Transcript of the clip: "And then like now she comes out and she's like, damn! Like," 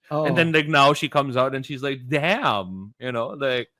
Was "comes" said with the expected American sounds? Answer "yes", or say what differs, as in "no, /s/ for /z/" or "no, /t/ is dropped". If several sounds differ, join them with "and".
yes